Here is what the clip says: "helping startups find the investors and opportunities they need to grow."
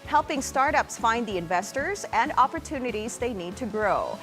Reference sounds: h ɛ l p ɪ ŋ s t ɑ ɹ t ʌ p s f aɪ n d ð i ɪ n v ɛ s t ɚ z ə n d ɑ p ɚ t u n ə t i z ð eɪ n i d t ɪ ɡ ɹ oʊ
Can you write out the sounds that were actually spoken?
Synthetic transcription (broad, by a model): h ɛ l p ɪ ŋ s t ɑ ɹ t ʌ p s f aɪ n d ð i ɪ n v ɛ s t ɚ z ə n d ɑ p ɚ t u n ə t i z ð eɪ n i d t ɪ ɡ ɹ oʊ